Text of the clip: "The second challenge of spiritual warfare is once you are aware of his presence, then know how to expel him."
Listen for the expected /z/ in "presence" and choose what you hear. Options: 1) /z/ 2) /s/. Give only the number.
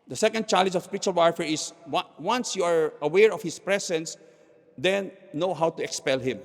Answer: 2